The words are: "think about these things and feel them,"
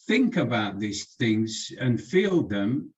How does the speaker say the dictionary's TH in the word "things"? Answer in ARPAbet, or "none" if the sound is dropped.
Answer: TH